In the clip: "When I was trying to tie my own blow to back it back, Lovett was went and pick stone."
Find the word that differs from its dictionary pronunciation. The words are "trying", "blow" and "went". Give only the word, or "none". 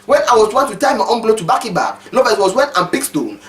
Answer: trying